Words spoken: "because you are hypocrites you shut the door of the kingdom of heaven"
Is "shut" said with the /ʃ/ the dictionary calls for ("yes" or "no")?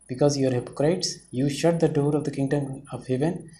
yes